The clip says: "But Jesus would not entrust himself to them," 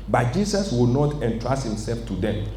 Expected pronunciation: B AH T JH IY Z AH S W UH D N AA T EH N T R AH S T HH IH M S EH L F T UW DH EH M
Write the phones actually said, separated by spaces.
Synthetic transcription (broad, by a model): B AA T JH IY S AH S W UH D N AA T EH N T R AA S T HH IH M S EH L F T UW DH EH M